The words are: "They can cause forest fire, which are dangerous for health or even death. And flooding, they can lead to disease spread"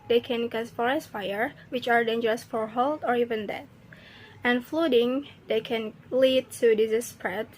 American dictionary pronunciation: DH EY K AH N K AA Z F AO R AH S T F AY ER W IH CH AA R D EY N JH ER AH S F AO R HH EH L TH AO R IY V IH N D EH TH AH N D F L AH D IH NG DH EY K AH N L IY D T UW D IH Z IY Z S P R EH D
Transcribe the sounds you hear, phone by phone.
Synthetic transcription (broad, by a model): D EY K AH N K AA S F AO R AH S F AY ER W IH CH AA R D EY N JH ER AH S F AO R HH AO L T AO R IY V IH N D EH T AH N F L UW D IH NG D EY K AH N L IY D T UW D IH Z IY S P R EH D